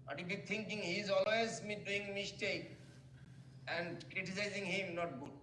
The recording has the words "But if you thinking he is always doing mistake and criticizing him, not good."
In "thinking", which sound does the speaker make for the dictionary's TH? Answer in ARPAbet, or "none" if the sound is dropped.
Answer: T